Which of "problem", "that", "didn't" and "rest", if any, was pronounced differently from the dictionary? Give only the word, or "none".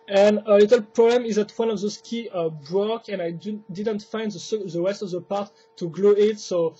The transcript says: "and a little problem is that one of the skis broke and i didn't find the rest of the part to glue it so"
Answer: rest